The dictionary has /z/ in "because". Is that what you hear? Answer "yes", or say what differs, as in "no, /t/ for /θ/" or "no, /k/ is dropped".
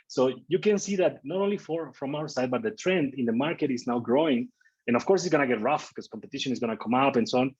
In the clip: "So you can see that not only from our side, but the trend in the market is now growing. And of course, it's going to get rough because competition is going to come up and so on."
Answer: no, /s/ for /z/